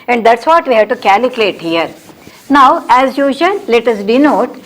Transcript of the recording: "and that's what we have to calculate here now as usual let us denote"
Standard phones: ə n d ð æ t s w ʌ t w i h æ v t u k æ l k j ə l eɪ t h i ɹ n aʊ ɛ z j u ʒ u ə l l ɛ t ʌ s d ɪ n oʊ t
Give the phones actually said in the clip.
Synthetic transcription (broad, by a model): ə n d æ t s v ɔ t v i h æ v t u k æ l k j l eɪ t h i ɹ n aʊ ɛ z j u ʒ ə n l ɛ t ʌ s d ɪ n oʊ t